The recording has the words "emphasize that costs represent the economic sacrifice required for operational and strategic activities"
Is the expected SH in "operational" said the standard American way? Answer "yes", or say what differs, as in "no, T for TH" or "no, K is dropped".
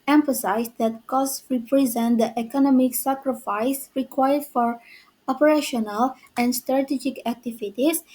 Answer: yes